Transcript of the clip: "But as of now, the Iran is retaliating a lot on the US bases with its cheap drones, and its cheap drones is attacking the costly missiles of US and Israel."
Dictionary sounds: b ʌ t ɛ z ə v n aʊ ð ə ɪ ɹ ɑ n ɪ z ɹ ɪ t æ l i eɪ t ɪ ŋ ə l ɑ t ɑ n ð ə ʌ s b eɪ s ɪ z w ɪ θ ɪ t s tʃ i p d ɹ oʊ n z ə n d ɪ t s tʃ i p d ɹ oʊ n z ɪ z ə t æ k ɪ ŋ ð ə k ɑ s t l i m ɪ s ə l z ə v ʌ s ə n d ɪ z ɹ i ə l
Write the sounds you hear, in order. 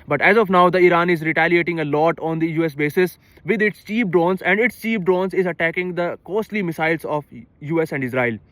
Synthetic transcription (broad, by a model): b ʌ t ɛ z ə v n aʊ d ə ɪ ɹ ɑ n ɪ z ɹ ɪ t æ l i eɪ t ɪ ŋ ə l ɑ t ɑ n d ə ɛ s b eɪ s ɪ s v ɪ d ɪ t s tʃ i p d ɹ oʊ n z ə n d ɪ t s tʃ i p d ɹ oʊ n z ɪ z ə t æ k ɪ ŋ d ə k ɑ s t l i m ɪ s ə l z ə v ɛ s ə n d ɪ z ɹ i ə l